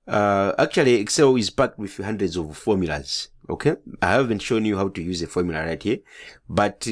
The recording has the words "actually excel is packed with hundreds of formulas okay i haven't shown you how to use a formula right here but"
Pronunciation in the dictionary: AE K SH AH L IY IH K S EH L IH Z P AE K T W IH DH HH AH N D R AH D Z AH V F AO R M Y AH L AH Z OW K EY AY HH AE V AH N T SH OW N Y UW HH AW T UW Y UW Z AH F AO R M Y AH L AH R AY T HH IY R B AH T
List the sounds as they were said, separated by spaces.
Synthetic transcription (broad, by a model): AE K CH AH L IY IH K S EH L IH Z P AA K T W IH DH HH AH N D R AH D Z AH V F AO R M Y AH L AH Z OW K EY AY HH AE V AH N T SH OW N Y UW HH AW T UW Y UW Z AH F AO R M Y AH L AH R AY T HH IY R B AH T